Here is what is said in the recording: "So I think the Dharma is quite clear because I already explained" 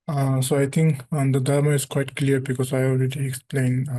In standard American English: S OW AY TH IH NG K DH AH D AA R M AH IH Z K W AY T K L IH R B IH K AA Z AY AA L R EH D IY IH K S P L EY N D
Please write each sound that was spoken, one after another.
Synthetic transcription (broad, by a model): S OW AY T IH NG K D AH D AA R M AH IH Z K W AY T K L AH R B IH K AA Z AY AA L R EH D IY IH K S P L EY N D